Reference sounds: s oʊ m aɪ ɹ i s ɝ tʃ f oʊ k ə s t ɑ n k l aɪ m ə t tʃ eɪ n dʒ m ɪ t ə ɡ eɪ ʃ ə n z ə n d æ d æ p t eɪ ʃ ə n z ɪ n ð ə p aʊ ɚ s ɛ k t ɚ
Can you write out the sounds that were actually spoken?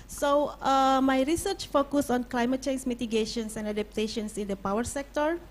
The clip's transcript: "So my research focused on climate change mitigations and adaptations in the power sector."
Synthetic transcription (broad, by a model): s oʊ m aɪ ɹ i s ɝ tʃ f oʊ k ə s ɑ n k l aɪ m ə t tʃ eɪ n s m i t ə ɡ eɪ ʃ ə n s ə n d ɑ d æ p t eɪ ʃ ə n s ɪ n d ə p aʊ ɚ s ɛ k t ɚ